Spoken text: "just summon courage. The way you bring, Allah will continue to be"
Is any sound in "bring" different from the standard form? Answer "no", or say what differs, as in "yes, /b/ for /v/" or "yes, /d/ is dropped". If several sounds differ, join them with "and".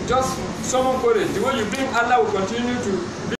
yes, /ɹ/ is dropped